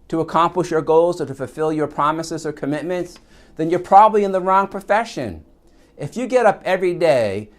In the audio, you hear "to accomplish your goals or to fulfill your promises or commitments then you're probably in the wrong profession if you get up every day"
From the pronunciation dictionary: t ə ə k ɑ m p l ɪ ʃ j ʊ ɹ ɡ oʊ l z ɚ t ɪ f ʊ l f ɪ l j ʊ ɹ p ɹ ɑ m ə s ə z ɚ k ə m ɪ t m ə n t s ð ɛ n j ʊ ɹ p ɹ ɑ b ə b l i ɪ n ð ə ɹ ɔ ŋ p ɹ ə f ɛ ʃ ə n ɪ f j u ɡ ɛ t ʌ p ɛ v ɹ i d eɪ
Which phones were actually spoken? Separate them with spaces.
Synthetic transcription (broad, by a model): t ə ə k ɑ m p l ɪ ʃ j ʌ ɹ ɡ oʊ l z ɚ t ɪ f ʊ l f ɪ l j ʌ ɹ p ɹ ɑ m ə s ə z ɚ k ə m ɪ t m ə n t s ð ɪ n j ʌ ɹ p ɹ ɑ b ə b l i ɪ n ð ə ɹ ɔ ŋ p ɹ ə f ɛ ʃ ə n ɪ f j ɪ ɡ ɛ t ʌ p ɛ v ɹ i d eɪ